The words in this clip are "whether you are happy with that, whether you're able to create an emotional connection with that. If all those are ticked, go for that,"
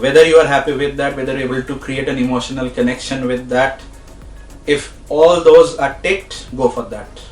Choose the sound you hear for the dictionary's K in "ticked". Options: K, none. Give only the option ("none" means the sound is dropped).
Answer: none